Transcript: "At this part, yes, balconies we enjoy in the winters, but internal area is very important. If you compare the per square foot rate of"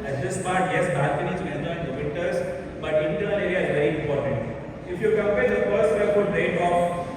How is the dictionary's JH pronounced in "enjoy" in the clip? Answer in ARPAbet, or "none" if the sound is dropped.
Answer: none